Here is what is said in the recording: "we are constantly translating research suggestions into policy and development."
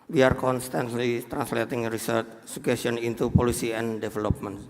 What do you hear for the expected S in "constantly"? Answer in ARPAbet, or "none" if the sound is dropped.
S